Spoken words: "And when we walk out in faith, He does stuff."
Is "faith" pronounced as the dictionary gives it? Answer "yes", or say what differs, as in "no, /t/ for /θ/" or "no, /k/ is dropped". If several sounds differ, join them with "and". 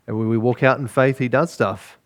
yes